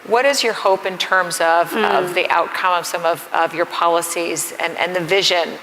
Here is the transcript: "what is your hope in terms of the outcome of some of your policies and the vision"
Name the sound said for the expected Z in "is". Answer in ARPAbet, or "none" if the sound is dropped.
Z